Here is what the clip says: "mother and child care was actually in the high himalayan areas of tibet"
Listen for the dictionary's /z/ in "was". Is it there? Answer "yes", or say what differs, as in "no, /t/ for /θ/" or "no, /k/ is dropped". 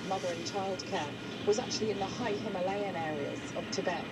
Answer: yes